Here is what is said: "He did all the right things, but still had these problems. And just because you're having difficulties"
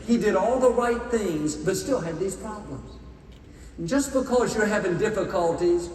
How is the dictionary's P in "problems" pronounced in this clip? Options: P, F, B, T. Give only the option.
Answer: P